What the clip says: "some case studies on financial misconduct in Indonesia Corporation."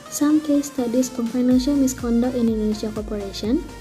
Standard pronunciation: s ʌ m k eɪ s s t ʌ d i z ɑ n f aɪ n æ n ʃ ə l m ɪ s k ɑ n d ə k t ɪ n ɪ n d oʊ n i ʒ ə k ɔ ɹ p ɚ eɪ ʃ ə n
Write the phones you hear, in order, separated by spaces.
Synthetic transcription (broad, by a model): s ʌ m k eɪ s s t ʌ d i s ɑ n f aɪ n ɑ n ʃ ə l m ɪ s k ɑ n d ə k ɪ n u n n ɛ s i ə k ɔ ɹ p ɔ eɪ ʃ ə n